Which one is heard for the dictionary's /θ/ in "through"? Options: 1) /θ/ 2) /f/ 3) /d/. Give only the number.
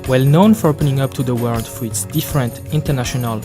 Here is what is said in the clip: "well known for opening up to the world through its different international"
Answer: 2